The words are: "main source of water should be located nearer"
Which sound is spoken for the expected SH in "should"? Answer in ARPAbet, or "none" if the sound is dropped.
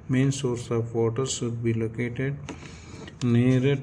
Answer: S